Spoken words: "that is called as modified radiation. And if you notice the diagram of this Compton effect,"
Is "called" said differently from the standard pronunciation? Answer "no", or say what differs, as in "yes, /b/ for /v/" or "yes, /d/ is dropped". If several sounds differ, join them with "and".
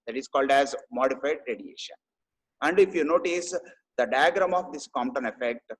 no